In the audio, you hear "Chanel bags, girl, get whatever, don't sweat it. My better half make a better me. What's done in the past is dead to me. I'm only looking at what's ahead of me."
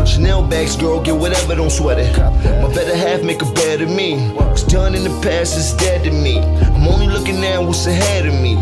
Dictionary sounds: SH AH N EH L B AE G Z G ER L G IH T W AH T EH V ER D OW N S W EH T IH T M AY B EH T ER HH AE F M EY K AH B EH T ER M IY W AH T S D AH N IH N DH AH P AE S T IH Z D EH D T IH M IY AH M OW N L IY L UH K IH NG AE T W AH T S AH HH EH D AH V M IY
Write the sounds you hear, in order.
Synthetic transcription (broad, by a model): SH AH N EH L B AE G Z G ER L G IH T W AH T EH V ER D OW N S W EH T IH T M AY B EH T ER HH AE F M EY K AH B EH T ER M IY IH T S D AH N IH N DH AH P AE S IH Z D EH D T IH M IY AH M OW N L IY L UH K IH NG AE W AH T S AH HH EH D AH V M IY